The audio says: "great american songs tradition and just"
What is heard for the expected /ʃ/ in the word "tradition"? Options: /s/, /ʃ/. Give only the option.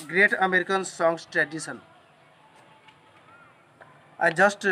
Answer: /s/